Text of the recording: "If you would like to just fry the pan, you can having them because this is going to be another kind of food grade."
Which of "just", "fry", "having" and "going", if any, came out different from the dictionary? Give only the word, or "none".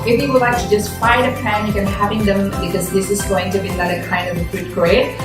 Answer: fry